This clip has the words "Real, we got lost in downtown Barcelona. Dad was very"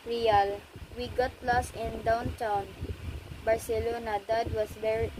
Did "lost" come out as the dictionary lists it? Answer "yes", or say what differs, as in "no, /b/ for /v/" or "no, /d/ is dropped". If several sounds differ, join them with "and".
no, /t/ is dropped